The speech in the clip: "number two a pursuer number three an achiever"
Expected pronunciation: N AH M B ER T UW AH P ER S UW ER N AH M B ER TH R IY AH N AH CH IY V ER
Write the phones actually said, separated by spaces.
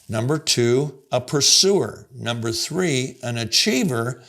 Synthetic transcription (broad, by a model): N AH M B ER T UW AH P ER S UW ER N AH M B ER TH R IY AH N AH CH IY V ER